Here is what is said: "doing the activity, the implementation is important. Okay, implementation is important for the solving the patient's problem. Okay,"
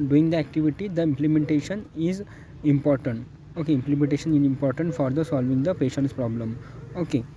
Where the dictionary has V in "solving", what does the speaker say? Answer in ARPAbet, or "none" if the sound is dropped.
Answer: V